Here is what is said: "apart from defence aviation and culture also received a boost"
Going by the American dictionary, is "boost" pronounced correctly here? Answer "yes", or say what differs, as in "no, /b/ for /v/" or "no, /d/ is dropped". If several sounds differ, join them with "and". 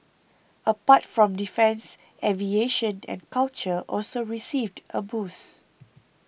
no, /t/ is dropped